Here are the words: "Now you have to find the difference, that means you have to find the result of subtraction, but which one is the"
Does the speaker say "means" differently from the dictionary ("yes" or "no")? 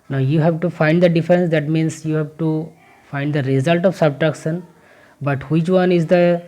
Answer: yes